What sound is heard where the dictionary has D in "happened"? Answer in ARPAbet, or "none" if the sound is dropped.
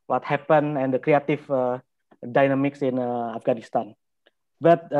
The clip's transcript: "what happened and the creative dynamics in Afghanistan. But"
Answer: none